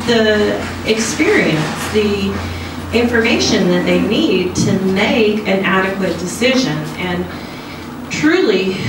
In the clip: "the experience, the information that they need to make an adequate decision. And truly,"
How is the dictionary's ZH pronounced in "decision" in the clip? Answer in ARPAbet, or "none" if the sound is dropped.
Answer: ZH